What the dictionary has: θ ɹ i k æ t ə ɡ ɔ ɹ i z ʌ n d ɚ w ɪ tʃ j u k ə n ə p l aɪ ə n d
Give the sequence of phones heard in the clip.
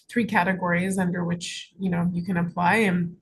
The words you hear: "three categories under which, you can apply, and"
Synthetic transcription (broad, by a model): θ ɹ i k æ t ə ɡ ɔ ɹ i z ʌ n d ɚ w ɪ tʃ j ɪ k ə n ə p l aɪ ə n